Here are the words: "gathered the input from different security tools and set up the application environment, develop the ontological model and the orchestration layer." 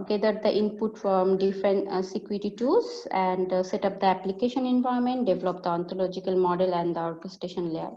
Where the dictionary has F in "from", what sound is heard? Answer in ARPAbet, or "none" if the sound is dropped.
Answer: F